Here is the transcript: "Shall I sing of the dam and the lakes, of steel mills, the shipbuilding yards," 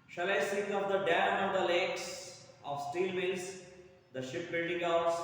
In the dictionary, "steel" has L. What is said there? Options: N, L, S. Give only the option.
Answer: L